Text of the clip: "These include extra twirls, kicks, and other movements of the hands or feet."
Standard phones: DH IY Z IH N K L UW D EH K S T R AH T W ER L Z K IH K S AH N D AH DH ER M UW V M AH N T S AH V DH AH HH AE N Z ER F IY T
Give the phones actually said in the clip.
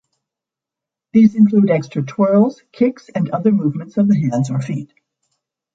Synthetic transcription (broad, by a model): DH IY Z IH N K L UW D EH K S T R AH T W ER L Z K IH K S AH N AH DH ER M UW V M AH N T S AH V DH AH HH AE N Z ER F IY T